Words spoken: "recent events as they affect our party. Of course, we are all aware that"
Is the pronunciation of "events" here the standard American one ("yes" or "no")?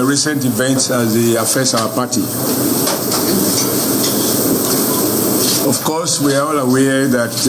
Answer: yes